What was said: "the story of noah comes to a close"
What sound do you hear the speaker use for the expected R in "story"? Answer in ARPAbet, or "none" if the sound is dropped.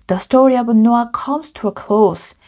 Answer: R